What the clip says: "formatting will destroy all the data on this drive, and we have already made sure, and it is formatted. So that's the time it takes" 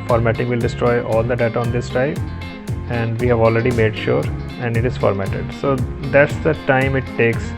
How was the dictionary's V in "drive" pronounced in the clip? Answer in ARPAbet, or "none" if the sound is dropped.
P